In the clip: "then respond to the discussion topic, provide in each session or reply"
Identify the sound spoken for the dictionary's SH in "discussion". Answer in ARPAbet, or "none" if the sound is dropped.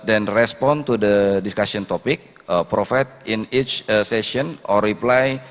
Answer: S